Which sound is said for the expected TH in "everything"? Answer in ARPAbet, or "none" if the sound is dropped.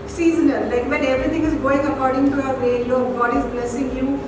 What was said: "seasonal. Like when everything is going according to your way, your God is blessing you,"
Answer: T